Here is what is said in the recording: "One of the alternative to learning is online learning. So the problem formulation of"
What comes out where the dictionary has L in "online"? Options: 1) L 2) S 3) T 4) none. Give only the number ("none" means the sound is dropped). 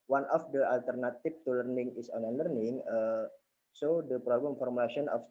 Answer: 4